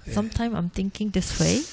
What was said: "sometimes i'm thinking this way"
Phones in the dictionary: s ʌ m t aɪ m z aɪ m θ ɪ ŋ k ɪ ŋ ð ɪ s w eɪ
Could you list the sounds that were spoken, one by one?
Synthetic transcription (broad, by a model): s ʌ m t aɪ m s aɪ m t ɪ ŋ k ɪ ŋ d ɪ s w eɪ